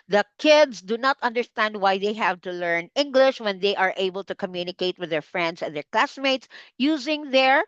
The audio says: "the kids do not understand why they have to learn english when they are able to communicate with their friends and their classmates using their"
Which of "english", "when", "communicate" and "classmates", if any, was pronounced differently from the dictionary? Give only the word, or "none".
none